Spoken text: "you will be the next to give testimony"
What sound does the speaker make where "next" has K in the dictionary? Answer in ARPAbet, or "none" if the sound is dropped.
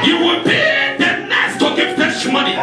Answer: none